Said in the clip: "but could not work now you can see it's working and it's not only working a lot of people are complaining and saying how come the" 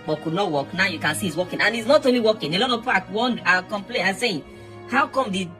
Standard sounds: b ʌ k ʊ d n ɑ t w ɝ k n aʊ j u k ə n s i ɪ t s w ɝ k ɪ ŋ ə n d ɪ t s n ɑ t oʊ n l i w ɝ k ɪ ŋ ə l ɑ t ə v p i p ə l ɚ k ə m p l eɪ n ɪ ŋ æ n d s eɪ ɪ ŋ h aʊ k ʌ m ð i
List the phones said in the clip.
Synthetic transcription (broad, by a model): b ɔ k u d n ɑ t w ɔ k n aʊ j u k ə n s i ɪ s w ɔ k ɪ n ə n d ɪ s n ɑ t oʊ n l i w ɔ k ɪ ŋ ə l ɑ t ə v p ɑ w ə n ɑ k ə m p l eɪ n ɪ s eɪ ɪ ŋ h aʊ k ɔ m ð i